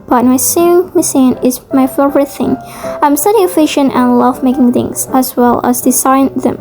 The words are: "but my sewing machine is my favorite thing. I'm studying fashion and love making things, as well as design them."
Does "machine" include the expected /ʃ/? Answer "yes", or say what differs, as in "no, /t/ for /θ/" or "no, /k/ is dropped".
no, /s/ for /ʃ/